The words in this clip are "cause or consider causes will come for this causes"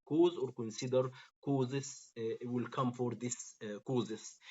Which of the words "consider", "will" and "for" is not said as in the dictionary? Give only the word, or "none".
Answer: none